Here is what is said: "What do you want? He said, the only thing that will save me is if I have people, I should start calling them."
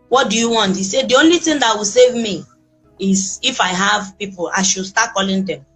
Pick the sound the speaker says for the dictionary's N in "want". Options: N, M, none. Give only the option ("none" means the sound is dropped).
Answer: N